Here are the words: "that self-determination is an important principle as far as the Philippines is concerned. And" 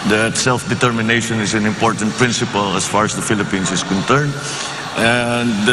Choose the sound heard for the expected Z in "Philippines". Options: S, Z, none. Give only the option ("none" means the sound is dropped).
S